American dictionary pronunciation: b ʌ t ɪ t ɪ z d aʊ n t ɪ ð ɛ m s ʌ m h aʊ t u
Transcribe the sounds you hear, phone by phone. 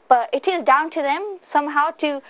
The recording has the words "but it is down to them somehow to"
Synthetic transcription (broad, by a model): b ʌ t ɪ t ɪ z d aʊ n t ɪ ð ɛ m s ʌ m h aʊ t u